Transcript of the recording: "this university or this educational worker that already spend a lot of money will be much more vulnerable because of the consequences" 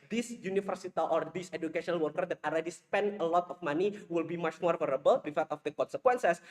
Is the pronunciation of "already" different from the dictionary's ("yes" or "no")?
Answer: yes